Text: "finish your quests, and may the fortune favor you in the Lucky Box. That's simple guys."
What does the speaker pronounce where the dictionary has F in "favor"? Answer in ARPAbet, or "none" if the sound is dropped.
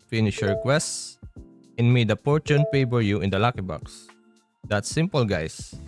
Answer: P